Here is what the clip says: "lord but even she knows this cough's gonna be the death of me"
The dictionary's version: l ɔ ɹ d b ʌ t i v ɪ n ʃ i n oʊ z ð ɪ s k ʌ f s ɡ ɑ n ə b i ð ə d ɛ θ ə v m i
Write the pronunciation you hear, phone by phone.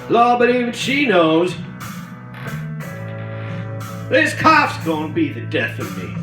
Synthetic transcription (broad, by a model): l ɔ b ʌ t i v ɪ n ʃ i n oʊ z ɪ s k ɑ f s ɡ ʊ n b i ð ə d ɛ θ ə v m i